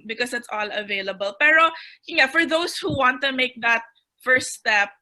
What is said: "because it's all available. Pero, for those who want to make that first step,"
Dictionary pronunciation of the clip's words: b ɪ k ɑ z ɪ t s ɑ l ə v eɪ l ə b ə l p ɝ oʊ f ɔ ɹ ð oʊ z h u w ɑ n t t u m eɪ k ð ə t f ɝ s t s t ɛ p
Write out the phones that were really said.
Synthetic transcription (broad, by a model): b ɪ k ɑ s ɪ t s ɑ l ə v eɪ l ə b ə l p ɝ oʊ f ɔ ɹ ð oʊ s h u w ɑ n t t u m eɪ k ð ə t f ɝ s s t ɛ p